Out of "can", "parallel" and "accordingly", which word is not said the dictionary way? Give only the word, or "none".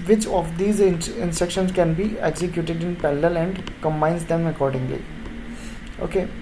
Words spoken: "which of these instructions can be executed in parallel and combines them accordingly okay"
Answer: parallel